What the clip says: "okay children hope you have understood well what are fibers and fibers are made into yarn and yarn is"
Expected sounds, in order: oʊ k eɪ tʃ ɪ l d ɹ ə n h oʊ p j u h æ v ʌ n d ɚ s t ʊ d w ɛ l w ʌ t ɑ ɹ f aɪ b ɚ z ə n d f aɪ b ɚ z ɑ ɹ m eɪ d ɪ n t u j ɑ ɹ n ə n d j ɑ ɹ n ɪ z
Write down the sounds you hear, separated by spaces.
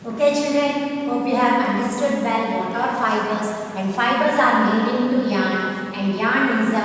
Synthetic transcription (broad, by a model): oʊ k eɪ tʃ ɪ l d ə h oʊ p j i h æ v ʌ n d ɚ s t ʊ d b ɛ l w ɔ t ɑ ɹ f aɪ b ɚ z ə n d f aɪ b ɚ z ɑ ɹ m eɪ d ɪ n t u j ɑ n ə n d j ɑ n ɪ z